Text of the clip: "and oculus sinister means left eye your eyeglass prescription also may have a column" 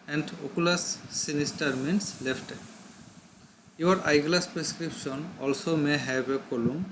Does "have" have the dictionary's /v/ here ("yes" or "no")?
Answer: no